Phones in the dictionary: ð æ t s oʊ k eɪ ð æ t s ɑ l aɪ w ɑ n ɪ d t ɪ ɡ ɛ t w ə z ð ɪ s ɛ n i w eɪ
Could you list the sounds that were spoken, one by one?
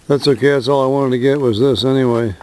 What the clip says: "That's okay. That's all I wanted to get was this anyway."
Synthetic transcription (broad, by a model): ð æ t s oʊ k eɪ ð æ t s ɑ l aɪ w ɑ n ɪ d t ɪ ɡ ɛ t w ə z ð ɪ s ɛ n i w eɪ